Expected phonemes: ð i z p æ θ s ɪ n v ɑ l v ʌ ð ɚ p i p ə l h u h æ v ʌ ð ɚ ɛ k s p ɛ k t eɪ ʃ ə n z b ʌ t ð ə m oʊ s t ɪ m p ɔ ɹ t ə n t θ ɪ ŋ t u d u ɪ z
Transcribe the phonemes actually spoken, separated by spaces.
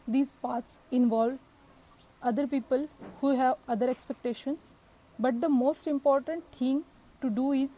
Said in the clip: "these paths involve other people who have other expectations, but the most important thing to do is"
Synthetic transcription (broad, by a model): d i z p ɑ t s ɪ n v ɑ l v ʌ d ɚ p i p ə l h u h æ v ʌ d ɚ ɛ k s p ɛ k t eɪ ʃ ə n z b ʌ t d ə m oʊ s t ɪ m p ɔ ɹ t ə n t t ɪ ŋ t u d u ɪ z